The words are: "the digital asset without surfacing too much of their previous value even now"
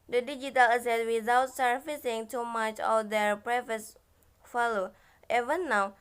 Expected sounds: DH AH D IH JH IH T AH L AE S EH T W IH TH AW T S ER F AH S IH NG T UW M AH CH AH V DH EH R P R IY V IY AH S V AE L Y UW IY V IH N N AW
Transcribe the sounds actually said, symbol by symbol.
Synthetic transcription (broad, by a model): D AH D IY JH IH T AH L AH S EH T W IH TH AW T S ER F AH S IH NG T UW M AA CH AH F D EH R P R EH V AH S F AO L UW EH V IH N N AW